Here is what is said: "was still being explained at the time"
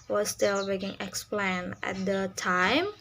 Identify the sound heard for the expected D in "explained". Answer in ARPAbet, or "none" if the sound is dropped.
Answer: none